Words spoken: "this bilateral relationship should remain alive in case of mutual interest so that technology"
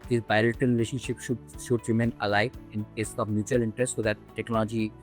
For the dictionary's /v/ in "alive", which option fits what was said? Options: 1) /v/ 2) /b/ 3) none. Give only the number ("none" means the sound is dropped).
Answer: 3